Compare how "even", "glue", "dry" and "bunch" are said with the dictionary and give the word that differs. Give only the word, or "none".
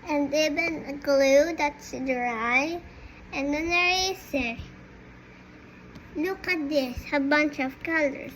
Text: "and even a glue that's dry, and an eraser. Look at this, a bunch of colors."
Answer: even